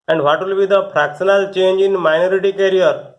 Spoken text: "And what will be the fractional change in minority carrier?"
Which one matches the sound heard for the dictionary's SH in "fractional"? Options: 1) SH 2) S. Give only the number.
2